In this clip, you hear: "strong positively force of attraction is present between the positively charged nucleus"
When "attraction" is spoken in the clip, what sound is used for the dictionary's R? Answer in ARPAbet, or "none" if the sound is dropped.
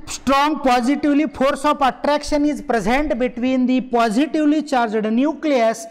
R